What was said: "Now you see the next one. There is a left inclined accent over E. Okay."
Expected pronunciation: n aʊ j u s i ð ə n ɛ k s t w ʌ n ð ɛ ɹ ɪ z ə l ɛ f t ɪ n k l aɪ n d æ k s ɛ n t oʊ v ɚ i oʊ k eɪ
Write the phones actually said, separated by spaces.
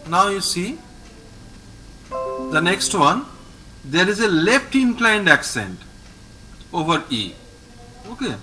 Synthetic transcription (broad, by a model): n aʊ j u s i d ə n ɛ k s t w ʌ n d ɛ ɹ ɪ z ə l ɛ f t ɪ n k l aɪ n d æ k s ɛ n t oʊ v ɚ i oʊ k eɪ